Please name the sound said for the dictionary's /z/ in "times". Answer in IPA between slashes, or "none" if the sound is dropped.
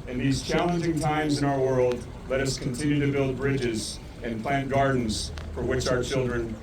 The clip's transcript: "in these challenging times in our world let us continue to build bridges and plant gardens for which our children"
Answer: /z/